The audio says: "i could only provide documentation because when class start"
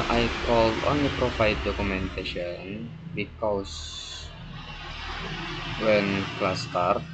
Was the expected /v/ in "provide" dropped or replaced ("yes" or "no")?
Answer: yes